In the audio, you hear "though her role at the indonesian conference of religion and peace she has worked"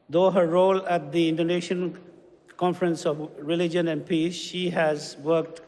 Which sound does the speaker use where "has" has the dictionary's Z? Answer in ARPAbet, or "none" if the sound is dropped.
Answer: Z